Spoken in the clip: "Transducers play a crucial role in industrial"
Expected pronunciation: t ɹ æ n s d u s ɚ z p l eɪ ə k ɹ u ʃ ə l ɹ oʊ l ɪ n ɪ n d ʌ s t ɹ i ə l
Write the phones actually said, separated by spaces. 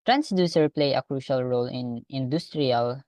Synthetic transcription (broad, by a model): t ɹ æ n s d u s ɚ p l eɪ ə k ɹ u ʃ ə l ɹ oʊ l ɪ n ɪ n d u s t ɹ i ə l